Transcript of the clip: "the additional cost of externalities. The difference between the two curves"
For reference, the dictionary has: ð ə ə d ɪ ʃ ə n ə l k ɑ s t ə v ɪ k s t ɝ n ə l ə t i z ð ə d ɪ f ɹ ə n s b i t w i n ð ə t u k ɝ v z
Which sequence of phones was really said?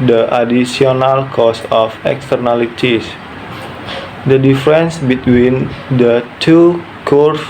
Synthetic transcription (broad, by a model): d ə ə d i s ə n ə l k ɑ s ə f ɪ k s t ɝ n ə l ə t i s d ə d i f ɹ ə n s b i t w i n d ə t u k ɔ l